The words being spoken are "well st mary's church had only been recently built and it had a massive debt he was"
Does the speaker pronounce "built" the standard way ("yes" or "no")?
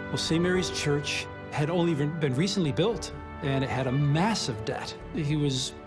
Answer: yes